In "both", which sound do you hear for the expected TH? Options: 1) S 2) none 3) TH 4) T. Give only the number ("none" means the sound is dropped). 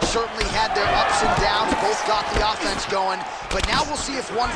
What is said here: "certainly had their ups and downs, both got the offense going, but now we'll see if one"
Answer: 3